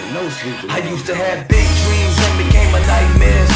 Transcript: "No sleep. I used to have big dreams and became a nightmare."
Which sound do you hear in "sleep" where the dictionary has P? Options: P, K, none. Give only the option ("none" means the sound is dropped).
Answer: none